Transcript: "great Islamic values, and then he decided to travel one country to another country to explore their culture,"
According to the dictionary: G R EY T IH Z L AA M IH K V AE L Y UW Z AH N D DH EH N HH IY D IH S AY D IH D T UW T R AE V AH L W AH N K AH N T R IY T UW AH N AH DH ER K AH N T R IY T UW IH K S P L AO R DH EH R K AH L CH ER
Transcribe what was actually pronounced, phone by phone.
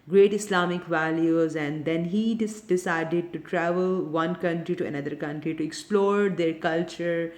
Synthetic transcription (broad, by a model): G R EY T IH S L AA M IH K V AE L Y UW Z AH N D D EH N HH IY D IH S AY D IH D T UW T R AE V AH L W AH N K AH N T R IY T UW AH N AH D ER K AH N T R IY T UW IH K S P L AO R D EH R K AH L CH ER